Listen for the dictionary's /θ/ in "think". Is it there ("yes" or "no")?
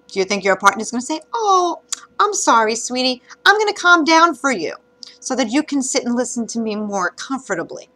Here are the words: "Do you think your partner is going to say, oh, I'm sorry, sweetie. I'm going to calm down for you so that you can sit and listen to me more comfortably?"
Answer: yes